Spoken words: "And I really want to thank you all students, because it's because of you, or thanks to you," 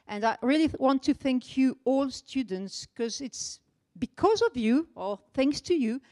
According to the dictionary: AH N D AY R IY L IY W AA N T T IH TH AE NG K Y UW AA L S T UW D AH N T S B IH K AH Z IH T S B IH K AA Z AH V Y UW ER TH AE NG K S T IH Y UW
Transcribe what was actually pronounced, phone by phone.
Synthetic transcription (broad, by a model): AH N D AY R IY L IY W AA N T T IH TH AE NG K Y UW AA L S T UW D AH N T S K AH Z IH T S B IH K AA Z AH V Y UW ER TH AE NG K S T IH Y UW